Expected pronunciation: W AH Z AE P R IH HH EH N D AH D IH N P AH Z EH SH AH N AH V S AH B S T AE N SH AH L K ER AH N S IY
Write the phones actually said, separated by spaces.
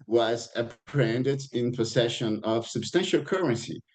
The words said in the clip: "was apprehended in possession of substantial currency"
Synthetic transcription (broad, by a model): W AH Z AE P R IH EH N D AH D IH N P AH S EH SH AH N AH V S AH B S T AE N SH AH L K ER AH N S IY